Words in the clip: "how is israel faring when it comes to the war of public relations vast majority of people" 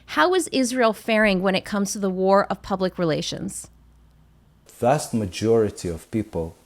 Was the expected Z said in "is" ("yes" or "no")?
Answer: yes